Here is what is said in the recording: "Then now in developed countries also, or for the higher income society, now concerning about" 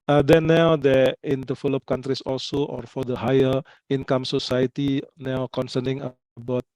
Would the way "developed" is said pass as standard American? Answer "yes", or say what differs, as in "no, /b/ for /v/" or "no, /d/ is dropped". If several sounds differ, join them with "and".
no, /f/ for /v/